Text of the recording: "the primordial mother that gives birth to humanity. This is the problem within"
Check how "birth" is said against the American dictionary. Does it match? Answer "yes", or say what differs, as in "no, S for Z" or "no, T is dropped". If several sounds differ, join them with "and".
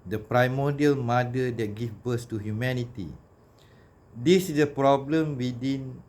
no, S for TH